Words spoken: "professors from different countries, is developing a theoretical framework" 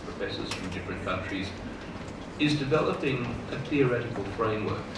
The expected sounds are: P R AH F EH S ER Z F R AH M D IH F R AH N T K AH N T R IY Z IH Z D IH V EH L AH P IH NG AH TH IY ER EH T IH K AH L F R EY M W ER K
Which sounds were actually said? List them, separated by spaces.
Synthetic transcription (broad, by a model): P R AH F EH S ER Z F R AH M D IH F R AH N K AH N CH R IY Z IH Z D IH V EH L AH P IH NG AH TH IY ER EH T IH K AH L F R EY M W ER K